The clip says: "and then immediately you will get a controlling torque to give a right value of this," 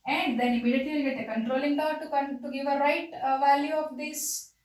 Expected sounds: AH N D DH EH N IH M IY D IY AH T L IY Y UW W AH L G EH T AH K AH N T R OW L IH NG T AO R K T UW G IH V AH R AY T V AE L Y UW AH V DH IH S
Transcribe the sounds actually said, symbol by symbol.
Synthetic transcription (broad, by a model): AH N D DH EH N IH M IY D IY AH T IY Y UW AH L G EH T AH K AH N T R OW L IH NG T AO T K T UW G IH V AH R AY T V AE L Y UW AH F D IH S